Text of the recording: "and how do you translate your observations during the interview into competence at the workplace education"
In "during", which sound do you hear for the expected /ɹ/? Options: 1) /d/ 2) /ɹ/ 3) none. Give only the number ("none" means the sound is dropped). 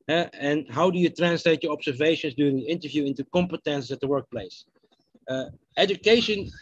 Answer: 3